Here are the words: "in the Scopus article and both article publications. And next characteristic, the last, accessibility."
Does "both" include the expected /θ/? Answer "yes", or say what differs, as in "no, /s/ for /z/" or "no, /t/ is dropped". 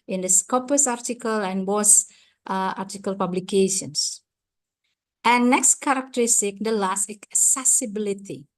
no, /s/ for /θ/